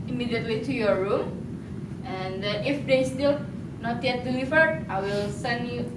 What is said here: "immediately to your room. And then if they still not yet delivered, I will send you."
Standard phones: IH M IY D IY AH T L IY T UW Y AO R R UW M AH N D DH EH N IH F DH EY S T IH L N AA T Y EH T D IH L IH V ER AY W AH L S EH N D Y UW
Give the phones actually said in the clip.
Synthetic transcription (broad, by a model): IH M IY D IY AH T L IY T UW Y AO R R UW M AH N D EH IH F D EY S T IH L N AA T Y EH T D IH L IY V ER AY W AH L S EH N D Y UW